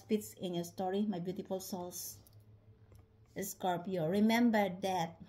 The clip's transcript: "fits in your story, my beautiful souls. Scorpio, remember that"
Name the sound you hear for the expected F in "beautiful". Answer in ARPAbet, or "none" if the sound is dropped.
F